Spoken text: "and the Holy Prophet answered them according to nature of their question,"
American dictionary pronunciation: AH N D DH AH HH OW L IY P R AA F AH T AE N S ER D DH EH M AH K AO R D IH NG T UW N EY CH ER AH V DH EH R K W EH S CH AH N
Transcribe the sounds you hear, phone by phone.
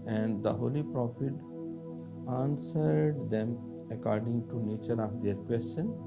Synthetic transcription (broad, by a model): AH N D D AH HH OW L IY P R AA F AH T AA N S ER D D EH M AH K AO R D IH NG T UW N EY CH ER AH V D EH R K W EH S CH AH N